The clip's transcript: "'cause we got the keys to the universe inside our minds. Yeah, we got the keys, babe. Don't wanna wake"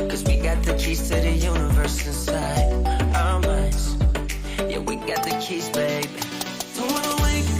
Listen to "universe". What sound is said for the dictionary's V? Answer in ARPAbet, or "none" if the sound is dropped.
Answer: V